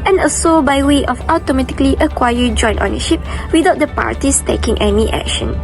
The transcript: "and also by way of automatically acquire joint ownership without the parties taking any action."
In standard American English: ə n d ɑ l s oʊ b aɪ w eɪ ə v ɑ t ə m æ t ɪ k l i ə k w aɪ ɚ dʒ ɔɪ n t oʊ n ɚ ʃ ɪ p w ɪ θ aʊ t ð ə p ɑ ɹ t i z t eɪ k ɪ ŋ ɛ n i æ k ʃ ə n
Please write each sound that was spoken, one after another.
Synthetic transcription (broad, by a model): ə n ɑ s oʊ b aɪ w eɪ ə f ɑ t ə m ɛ t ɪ k l i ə k w aɪ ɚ dʒ ɔɪ n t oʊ n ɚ ʃ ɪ p w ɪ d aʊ t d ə p ɑ ɹ t i s t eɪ k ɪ ŋ ɛ n i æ k ʃ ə n